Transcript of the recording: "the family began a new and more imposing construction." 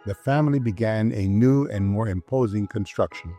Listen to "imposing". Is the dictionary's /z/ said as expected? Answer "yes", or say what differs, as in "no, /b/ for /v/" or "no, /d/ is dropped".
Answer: yes